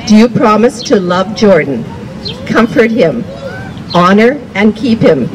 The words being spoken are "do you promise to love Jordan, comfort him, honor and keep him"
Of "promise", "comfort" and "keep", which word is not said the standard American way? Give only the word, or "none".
none